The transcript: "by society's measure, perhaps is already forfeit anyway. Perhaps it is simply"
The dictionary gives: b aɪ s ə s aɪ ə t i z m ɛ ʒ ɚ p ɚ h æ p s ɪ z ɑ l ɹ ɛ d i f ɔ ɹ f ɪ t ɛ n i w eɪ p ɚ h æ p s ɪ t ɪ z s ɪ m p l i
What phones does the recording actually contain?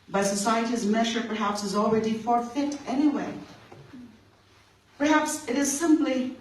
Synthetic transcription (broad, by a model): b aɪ s ə s aɪ ə t i z m ɛ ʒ ɚ p ɚ h æ p s ɪ z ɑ l ɹ ɛ d i f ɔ ɹ f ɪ t ɛ n i w eɪ p ɚ h æ p s ɪ t ɪ z s ɪ m p l i